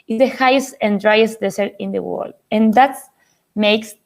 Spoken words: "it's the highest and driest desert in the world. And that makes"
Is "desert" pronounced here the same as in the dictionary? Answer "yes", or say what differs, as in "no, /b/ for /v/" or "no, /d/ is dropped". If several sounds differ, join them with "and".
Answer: no, /s/ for /z/